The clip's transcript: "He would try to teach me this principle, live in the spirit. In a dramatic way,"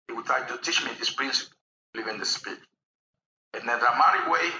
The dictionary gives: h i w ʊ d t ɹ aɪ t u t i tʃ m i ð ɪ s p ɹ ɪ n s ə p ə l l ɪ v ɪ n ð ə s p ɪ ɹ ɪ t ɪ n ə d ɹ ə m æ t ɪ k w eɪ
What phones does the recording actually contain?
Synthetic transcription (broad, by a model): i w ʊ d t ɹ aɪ t u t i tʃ m i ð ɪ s p ɹ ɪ n s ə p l l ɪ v ɪ n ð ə s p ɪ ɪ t ɪ n ə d ə m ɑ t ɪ w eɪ